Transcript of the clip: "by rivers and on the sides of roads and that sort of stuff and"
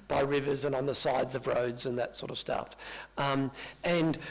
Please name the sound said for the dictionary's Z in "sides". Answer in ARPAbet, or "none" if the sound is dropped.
Z